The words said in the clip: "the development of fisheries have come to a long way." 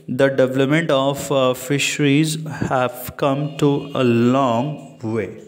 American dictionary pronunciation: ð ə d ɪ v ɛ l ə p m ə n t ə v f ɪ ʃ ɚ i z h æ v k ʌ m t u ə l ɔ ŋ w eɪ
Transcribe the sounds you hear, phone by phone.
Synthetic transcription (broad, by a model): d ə d ɪ v ɛ l ə p m ə n t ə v f ɪ ʃ ɚ i z h æ v k ʌ m t u ə l ɔ ŋ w eɪ